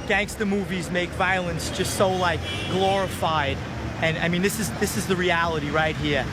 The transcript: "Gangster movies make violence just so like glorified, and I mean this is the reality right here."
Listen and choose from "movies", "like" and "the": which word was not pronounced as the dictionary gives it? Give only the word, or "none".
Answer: none